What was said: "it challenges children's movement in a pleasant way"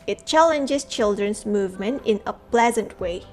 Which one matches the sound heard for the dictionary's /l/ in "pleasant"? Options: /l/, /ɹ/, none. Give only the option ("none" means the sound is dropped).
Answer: /l/